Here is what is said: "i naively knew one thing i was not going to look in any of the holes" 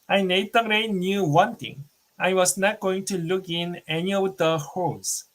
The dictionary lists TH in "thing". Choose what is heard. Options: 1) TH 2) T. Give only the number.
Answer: 2